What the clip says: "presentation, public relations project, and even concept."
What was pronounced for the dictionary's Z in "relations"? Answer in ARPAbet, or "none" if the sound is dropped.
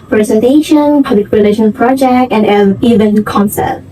none